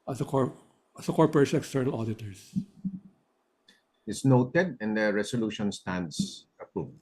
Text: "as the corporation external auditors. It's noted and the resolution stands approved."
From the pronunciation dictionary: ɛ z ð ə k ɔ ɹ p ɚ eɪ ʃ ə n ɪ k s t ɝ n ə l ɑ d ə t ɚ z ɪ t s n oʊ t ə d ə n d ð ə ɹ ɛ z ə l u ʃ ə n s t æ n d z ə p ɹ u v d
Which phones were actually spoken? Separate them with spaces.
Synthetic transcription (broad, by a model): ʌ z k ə k ɔ ɹ p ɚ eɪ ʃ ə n ɪ k s t ɝ n ə l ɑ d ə t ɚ s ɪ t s n oʊ t ə d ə n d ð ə ɹ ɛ s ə l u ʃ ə n s t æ n d s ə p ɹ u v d